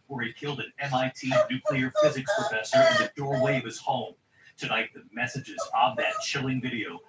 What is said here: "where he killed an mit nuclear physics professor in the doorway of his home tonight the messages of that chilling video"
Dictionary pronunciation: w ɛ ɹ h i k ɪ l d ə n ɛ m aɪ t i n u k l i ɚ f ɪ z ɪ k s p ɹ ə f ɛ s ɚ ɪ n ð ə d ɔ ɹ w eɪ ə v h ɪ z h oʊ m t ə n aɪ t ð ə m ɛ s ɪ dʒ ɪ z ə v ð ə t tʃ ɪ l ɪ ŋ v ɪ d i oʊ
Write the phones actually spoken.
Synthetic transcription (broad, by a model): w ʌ ɹ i k ɪ l d ə n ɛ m aɪ t i n u k l i ɚ f ɪ z ɪ k s p ɹ ə f ɛ s ɚ ɪ n ð ə d ɔ ɹ w eɪ ə v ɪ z h oʊ m t ə n aɪ t ð ə m ɛ s ɪ dʒ ɪ z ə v ð ə t tʃ ɪ l ɪ ŋ v ɪ d i oʊ